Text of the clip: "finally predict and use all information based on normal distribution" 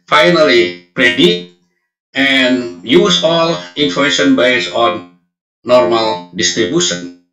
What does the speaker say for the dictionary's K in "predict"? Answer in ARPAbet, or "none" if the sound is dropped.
none